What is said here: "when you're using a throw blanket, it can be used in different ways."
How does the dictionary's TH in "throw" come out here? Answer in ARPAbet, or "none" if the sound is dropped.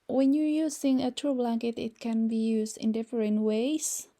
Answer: T